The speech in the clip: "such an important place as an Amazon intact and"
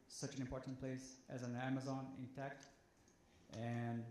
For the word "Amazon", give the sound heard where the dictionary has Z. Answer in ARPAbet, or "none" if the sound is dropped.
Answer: Z